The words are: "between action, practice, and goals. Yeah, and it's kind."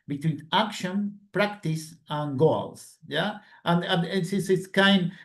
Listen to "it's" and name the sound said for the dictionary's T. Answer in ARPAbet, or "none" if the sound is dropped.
S